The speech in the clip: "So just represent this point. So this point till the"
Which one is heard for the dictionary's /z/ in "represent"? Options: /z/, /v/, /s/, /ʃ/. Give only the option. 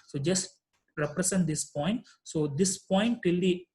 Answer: /s/